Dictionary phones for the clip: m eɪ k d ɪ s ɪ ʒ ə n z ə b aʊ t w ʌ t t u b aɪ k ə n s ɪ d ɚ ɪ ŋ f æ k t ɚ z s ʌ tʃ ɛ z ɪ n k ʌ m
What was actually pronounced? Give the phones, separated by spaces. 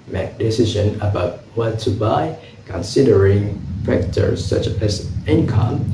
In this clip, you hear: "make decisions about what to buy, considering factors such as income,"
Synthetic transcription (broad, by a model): m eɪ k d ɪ s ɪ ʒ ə n ə b aʊ t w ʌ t t u b aɪ k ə n s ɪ d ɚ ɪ ŋ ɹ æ k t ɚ s ʌ tʃ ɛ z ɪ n k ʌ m